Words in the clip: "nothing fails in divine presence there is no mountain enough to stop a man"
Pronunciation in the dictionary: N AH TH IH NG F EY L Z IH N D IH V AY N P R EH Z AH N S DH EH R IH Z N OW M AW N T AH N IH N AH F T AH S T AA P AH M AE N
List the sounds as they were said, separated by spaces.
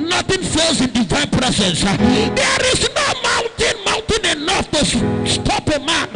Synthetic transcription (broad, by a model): N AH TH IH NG F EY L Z IH N D IH V AY N P R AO S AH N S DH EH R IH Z N OW M AW N T AH N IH N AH F T AH S T AA P AH M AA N